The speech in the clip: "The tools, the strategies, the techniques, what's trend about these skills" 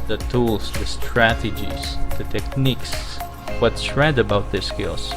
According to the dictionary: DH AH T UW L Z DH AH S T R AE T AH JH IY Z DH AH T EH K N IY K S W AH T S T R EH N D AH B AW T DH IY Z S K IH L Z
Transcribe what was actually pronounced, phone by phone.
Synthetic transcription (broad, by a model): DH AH T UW L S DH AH S T R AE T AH JH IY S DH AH T EH K N IY K S W AH T S R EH D AH B AW T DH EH S K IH L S